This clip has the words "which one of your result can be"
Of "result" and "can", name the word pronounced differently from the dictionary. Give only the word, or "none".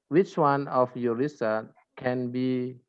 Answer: result